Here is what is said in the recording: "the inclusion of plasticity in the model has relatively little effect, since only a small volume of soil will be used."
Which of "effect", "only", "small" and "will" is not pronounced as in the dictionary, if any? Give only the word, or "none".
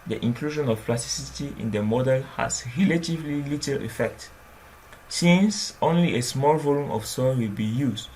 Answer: none